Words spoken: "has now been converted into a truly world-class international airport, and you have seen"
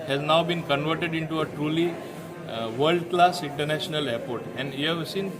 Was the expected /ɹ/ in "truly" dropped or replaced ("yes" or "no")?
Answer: no